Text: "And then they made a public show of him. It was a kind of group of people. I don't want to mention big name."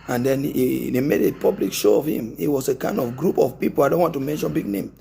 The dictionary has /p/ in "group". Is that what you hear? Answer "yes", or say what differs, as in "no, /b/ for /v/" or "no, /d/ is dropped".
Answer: yes